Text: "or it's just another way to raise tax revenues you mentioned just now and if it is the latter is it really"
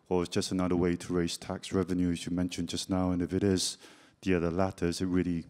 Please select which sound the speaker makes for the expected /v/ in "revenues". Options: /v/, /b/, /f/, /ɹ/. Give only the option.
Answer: /v/